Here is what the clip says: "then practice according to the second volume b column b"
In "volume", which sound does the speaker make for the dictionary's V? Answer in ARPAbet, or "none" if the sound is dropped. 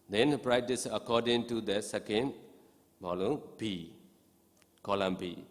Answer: B